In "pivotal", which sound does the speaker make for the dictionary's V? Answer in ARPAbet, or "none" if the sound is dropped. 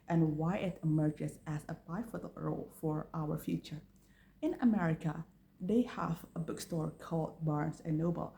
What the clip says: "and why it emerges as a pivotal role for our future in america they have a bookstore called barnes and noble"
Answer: F